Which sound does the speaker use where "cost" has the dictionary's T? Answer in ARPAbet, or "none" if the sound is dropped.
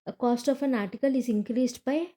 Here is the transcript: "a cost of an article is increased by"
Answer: T